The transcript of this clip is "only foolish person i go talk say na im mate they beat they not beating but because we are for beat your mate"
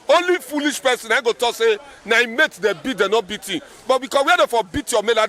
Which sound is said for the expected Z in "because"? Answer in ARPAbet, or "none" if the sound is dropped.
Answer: S